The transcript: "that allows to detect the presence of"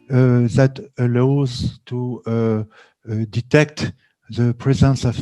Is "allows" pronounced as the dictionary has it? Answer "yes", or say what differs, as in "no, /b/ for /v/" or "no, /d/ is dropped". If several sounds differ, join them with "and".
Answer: yes